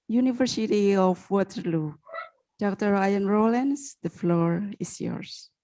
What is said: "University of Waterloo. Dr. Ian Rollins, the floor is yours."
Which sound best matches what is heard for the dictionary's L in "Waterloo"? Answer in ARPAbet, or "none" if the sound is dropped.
L